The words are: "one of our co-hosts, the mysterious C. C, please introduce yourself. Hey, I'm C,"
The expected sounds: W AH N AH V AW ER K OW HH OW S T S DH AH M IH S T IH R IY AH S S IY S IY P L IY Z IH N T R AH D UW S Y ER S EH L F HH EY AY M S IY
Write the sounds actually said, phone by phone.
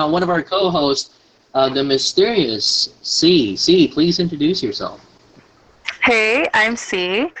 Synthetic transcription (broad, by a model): W AH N AH V AW ER K OW HH OW S T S DH AH M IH S T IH R IY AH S S IY S IY P L IY Z IH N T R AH D UW S Y ER S EH L F HH EY AY M S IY